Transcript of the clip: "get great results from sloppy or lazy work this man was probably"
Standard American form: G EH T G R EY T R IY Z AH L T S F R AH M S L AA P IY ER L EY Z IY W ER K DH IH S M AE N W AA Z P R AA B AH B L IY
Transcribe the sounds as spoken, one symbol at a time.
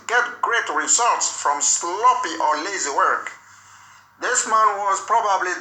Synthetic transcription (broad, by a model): G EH T G R EY T R IY Z AH L T S F R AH M S L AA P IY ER L EY Z IY W ER K DH IH S M AE N W AA Z P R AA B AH B L IY